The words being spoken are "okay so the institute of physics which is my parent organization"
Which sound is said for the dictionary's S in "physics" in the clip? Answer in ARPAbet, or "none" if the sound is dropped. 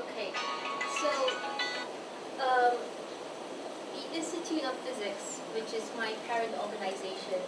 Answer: S